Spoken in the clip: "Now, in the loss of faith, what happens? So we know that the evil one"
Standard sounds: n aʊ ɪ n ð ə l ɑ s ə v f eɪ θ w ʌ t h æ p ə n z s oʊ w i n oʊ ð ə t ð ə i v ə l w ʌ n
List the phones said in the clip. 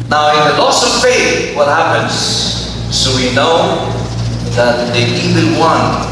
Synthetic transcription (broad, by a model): n aʊ ɪ n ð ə l ɑ s ə v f eɪ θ w ʌ t h æ p ə n z s oʊ w i n oʊ ð ə t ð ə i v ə n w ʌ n